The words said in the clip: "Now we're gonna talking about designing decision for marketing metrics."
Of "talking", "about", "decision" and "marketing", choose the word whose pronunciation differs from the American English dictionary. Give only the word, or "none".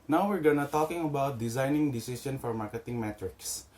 decision